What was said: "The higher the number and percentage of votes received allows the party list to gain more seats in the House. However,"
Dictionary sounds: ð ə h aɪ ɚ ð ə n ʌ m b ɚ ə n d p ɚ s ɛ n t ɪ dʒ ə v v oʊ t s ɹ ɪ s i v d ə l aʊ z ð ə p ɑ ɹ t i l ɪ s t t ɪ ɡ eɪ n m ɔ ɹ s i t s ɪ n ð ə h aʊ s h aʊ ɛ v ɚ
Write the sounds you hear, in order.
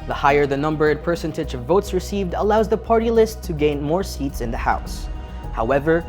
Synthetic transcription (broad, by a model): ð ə h aɪ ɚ ð ə n ʌ m b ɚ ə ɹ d p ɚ s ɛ n t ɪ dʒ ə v v oʊ t s ɹ ɪ s i v d ə l aʊ z ð ə p ɑ ɹ t i l ɪ s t t ɪ ɡ eɪ n m ɔ ɹ s i t s ɪ n ð ə h aʊ s h aʊ ɛ v ɚ